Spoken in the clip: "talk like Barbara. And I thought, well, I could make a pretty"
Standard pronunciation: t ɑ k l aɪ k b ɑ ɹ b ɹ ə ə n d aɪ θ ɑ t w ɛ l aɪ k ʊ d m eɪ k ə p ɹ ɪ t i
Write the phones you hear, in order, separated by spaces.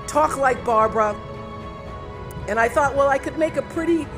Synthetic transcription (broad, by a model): t ɑ k l aɪ k b ɑ ɹ b ɹ ə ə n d aɪ θ ɑ t w ɛ l aɪ k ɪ d m eɪ k ə p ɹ ɪ t i